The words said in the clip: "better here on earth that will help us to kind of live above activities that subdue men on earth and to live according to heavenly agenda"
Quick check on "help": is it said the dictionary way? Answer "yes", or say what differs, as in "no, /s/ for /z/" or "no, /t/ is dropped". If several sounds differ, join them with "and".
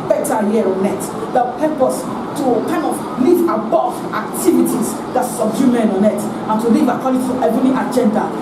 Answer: no, /l/ is dropped